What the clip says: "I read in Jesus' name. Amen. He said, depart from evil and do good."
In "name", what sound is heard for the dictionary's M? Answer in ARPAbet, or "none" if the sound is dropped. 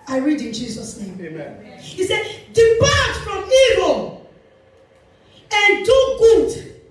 none